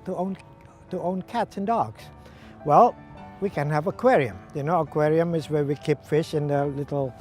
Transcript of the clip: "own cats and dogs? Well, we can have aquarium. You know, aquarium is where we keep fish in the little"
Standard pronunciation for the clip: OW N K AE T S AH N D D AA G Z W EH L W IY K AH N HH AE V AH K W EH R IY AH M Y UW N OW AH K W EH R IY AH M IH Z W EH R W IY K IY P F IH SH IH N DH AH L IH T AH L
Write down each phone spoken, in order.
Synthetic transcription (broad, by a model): OW N K AE T S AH N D D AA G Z W EH L W IY K AH N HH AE V AH K W EH R IY AH M Y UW N OW AH K W EH R IY AH M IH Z W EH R W IY K IY P F IH SH IH N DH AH L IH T L